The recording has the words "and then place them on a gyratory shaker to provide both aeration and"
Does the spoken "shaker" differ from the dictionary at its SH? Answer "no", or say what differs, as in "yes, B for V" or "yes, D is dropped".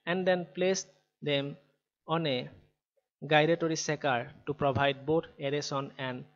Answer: yes, S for SH